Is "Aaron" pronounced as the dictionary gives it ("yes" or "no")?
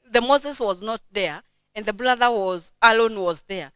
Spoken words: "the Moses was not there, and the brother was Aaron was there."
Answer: no